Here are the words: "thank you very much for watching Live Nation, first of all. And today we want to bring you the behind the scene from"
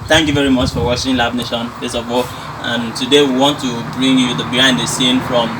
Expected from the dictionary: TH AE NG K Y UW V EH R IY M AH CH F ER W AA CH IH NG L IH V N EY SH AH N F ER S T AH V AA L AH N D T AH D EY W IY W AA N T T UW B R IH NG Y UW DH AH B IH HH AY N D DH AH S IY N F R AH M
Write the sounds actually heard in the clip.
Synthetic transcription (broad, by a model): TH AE NG K Y UW V EH R IY M AH CH F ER W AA SH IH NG L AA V N EY SH AH N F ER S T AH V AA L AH N T AH D EY W IY W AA N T T UW B R IH NG Y UW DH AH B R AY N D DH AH S IY N F R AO M